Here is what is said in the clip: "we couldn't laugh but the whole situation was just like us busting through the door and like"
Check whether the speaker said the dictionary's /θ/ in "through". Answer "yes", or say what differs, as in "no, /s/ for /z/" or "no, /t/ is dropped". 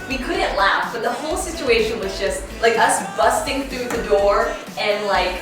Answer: yes